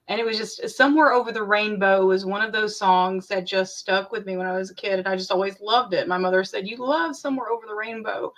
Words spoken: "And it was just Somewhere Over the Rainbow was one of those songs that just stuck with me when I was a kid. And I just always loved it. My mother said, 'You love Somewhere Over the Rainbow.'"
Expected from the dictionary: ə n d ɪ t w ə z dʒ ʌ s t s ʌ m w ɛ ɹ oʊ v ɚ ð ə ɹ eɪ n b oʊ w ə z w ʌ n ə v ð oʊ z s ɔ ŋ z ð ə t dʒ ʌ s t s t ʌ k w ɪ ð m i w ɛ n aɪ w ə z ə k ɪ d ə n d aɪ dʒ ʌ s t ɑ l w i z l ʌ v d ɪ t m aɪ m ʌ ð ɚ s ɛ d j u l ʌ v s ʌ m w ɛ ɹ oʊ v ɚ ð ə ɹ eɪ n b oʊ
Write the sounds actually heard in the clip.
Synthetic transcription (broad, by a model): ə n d ɪ t w ə z dʒ ʌ s t s ʌ m w ɛ ɹ oʊ v ɚ ð ə ɹ eɪ n b oʊ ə z w ʌ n ə v ð oʊ z s ɔ ŋ z ð ə t dʒ ʌ s t s t ʌ k w ɪ ð m i w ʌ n aɪ w ə z ə k ɪ d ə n aɪ dʒ ʌ s t ɑ l w i z l ʌ v d ɪ t m aɪ m ʌ ð ɚ s ɛ d j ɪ l ʌ v s ʌ m w ɛ ɹ oʊ v ɚ ð ə ɹ eɪ n b oʊ